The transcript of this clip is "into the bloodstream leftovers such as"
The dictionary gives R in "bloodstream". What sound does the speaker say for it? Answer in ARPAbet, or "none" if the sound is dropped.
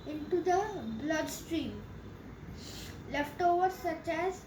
R